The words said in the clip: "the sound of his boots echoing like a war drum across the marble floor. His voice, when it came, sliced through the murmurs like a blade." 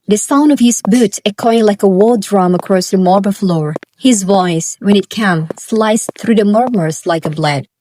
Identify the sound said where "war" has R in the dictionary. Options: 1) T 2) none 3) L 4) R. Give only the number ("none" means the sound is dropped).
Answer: 3